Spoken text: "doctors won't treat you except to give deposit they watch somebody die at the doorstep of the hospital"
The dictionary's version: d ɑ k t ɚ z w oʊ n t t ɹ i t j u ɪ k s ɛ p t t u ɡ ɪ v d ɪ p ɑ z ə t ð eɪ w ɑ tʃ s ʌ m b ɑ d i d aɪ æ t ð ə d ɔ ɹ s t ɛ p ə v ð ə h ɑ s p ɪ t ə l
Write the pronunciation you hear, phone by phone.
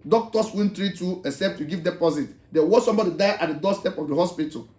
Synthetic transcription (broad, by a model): d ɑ k t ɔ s w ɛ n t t ɹ i t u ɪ s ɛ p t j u ɡ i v d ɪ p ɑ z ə t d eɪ w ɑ s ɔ m b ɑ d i d aɪ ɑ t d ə d ɔ s t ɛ p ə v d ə h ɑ s p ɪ t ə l